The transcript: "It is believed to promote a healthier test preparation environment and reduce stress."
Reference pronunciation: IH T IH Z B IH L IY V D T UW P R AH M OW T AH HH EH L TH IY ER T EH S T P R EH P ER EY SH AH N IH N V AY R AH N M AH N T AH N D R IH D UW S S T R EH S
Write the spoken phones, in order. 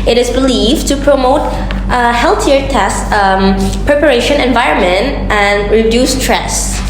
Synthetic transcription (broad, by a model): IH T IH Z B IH L IY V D T UW P R AH M OW T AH HH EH L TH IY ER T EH S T P R EH P ER EY SH AH N IH N V AY R AH N M AH N T AH N D R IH D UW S S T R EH S